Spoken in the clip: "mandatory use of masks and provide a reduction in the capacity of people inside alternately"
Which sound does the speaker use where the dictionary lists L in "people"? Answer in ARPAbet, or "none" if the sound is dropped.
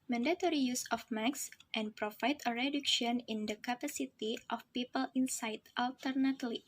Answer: L